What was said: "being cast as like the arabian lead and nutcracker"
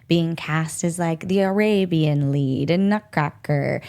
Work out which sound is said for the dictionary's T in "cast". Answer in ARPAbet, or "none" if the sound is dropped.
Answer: T